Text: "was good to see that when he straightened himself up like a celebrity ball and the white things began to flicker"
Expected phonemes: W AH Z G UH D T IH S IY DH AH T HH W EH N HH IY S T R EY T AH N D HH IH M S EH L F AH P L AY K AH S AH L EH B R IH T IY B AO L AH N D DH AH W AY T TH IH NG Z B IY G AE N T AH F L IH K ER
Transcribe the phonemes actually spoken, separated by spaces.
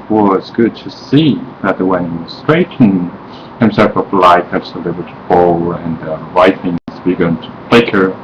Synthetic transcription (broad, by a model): W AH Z G UH D T IH S IY DH AH T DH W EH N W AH S T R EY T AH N HH IH M S EH L F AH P L AY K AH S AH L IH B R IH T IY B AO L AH N DH AH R AY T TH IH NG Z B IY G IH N T AH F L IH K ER